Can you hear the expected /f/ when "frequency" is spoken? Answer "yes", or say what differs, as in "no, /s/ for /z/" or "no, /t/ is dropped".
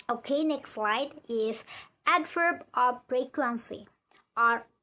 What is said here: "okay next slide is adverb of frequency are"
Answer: no, /p/ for /f/